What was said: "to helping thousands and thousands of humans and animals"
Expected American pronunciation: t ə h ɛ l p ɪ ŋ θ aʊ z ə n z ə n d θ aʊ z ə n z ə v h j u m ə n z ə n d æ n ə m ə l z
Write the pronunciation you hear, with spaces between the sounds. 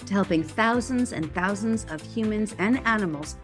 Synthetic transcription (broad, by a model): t h ɛ l p ɪ ŋ θ aʊ z ə n z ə n θ aʊ z ə n z ə v h j u m ə n z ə n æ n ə m l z